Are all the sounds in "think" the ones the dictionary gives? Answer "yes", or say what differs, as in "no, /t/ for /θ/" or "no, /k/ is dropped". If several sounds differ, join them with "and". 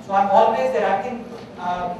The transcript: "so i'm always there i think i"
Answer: no, /t/ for /θ/